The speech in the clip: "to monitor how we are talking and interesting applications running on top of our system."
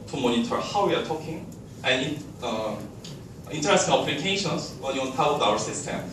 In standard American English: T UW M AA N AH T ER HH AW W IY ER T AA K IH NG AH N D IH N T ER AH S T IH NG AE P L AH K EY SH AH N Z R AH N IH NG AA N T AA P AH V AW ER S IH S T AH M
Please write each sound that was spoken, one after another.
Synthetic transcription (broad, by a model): T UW M AA N AH T ER HH AW W IY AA T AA K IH NG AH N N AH N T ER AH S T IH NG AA P L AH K EY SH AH N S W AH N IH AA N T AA AH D AW ER S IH S T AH M